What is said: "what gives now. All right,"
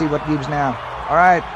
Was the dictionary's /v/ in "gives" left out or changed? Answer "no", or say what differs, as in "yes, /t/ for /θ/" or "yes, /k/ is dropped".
yes, /b/ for /v/